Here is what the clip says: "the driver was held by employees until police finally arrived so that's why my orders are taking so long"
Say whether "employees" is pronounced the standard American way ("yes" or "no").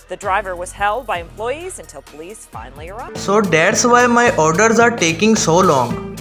yes